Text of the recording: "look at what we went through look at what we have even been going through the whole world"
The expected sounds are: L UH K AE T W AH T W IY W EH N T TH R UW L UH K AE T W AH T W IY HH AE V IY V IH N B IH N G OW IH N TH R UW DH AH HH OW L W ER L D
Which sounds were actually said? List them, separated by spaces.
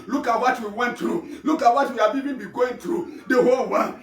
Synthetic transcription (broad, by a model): L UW K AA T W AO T W IY W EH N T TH R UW L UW K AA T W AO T W IY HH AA B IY B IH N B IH G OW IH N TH R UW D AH HH OW L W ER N